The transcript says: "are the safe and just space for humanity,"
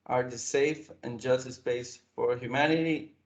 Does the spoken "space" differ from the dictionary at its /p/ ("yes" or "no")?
yes